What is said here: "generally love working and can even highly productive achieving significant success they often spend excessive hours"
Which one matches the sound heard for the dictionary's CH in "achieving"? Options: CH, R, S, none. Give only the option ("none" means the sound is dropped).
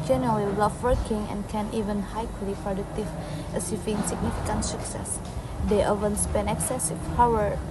S